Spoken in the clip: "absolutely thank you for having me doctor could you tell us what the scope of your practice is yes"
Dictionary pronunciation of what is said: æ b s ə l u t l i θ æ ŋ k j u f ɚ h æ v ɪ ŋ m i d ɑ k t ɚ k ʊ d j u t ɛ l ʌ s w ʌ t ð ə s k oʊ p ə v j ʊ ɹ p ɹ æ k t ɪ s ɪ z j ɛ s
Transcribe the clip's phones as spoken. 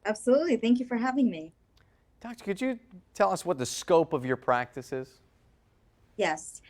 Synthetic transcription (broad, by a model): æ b s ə l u t l i θ æ ŋ k j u f ɚ h æ v ɪ ŋ m i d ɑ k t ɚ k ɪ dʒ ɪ t ɛ l ʌ s w ʌ t ð ə s k oʊ p ə v j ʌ ɹ p ɹ æ k t ɪ s ɪ z j ɛ s